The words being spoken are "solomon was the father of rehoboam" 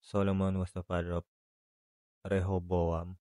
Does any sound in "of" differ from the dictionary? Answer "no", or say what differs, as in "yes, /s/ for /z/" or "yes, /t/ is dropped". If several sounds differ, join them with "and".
yes, /p/ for /v/